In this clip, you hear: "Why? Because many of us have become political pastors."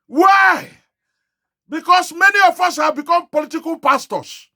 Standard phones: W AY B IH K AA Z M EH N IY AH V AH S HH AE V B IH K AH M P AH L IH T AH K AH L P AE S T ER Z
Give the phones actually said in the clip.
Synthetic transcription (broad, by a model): W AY B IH K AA S M EH N IY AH F AH S HH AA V B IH K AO M P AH L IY T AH K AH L P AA S T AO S